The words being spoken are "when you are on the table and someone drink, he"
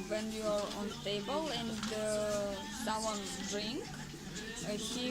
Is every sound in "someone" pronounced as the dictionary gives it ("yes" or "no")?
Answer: no